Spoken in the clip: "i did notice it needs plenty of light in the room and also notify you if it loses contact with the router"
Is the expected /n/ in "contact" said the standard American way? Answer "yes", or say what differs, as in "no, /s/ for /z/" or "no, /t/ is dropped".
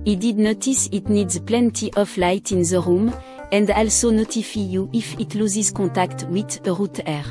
no, /n/ is dropped